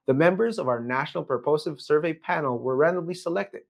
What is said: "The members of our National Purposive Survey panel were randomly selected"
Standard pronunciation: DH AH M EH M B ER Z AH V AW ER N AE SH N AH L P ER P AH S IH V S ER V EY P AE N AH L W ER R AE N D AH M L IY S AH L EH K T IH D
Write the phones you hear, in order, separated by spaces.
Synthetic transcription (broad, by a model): DH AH M EH M B ER Z AH V AW ER N AE SH N L P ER P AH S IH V S ER V EY P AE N L W ER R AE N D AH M L IY S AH L EH K T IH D